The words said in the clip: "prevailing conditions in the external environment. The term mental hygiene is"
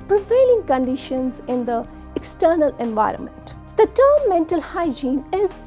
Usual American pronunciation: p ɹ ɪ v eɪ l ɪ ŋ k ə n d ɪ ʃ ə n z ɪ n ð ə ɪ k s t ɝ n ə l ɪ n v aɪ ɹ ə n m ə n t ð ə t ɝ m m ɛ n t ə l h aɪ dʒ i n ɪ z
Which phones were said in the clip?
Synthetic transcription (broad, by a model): p ɹ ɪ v eɪ l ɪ ŋ k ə n d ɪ ʃ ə n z ɪ n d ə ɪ k s t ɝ n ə l ɪ n v aɪ ɹ ə n m ə n t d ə t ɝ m m ɛ n t ə l h aɪ dʒ i n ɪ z